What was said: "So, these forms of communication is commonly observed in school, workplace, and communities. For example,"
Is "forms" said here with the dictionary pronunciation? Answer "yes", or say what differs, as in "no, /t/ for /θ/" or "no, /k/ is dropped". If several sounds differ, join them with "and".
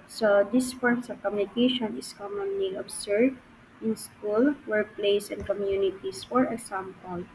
no, /s/ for /z/